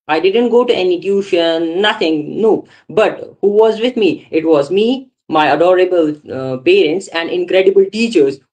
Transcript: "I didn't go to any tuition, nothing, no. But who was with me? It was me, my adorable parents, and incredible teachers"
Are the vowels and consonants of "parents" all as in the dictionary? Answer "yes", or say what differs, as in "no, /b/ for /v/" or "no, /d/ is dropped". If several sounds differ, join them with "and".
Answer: yes